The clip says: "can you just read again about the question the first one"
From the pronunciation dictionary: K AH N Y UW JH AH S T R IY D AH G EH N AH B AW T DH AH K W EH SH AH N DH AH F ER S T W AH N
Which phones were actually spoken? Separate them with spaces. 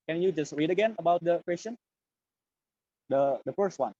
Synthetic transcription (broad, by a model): K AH N Y UW JH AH S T R IY D AH G EH N AH B AW T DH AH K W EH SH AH N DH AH F ER S T W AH N